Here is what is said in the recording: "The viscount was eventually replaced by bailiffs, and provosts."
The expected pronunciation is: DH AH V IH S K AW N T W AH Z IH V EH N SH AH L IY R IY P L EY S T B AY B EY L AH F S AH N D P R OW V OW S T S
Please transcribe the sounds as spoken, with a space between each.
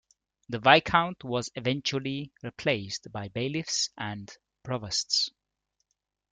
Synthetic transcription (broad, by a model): DH AH V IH K AW N T W AH Z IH V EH N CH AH L IY R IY P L EY S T B AY B EY L AH F S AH N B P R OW V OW S T S